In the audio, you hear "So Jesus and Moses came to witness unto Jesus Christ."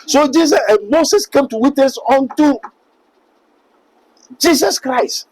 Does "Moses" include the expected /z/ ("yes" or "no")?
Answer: no